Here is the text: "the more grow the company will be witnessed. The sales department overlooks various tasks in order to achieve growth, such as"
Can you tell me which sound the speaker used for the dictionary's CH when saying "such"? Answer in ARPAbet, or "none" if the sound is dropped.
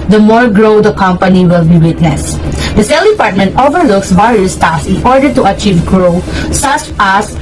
S